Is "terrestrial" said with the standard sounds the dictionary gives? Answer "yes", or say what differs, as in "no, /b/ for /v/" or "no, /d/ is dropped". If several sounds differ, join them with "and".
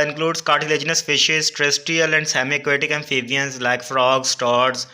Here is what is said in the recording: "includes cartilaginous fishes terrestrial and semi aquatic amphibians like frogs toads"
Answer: no, /ɹ/ is dropped